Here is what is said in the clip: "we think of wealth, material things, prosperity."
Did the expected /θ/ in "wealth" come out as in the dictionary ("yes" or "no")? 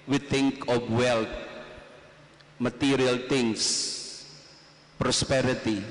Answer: no